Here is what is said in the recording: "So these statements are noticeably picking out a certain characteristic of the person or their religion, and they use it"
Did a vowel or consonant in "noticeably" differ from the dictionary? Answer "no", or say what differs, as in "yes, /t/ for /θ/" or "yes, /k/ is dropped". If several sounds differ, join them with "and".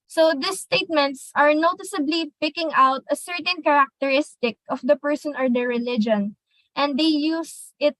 no